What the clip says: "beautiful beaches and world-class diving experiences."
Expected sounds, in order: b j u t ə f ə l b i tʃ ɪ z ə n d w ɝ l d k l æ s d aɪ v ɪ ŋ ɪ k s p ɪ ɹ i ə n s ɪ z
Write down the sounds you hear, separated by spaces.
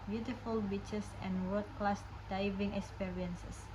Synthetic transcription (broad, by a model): b j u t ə f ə l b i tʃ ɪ s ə n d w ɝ d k l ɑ s d aɪ v ɪ ŋ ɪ k s p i ɹ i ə n s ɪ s